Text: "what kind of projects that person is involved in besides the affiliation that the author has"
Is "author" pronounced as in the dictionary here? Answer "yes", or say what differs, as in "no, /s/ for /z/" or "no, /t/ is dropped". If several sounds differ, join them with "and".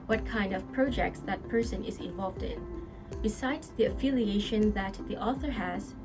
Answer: yes